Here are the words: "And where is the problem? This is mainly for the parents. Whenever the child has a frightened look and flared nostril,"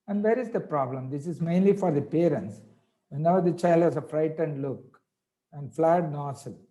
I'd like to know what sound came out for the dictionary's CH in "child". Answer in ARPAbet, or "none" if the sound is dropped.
CH